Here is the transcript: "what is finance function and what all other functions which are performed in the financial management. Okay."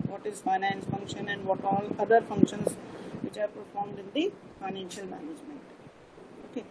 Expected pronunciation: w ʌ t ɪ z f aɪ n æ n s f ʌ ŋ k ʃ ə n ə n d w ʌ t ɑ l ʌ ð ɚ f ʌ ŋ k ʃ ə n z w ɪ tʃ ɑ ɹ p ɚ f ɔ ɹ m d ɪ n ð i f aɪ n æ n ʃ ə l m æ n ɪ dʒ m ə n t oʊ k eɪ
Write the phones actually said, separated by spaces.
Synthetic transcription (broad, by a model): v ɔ t ɪ z f aɪ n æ n s f ʌ ŋ k ʃ ə n ə n d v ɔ t ɑ l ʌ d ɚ f ʌ ŋ k ʃ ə n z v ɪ tʃ ɑ ɹ p ɚ f ɔ ɹ m d ɪ n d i f aɪ n æ n ʃ ə l m æ n ɪ dʒ m ə n t oʊ k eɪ